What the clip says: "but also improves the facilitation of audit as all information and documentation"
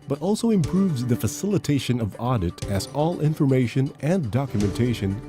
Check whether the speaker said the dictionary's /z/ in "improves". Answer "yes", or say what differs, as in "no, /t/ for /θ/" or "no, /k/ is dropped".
yes